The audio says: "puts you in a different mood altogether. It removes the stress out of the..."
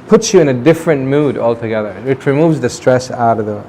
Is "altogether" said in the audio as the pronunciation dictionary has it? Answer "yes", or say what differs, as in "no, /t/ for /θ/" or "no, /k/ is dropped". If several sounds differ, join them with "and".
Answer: yes